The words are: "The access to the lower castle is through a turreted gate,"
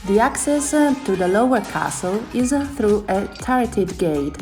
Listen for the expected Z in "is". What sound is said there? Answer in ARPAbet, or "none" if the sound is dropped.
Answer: Z